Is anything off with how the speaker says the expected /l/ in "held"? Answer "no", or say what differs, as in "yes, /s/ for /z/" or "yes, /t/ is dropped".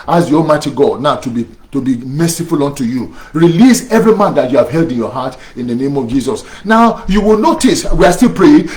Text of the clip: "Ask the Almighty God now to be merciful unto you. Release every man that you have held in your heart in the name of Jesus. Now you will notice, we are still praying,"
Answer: no